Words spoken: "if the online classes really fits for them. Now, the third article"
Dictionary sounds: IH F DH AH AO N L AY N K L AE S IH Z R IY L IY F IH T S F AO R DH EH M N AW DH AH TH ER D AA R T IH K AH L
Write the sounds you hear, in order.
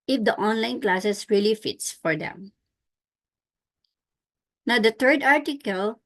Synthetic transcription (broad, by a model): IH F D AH AO N L AY N K L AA S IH S R IY L IY F IH T S F AO R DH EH M N AW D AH T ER D AA R T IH K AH L